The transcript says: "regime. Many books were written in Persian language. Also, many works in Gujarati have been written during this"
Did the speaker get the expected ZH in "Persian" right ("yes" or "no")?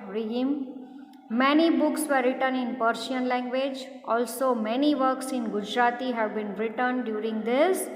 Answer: no